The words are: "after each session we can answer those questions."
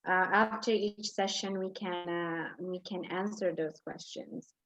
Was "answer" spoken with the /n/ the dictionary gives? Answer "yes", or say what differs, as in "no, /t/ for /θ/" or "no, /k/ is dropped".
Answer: yes